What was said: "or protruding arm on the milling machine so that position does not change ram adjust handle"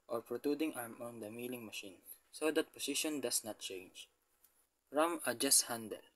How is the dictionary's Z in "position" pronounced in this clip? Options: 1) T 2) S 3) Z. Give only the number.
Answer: 2